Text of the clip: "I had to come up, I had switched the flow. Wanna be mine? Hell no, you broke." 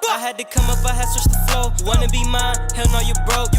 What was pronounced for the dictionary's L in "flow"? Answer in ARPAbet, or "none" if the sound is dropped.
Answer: none